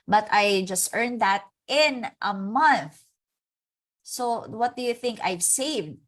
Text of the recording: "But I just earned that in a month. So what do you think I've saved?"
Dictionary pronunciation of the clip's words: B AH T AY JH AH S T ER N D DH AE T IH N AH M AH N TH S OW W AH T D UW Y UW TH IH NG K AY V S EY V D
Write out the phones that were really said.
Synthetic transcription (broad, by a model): B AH T AY JH AH S T ER N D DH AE T IH N AH M AH N TH S OW W AH T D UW Y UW TH IH NG K AY V S EY V D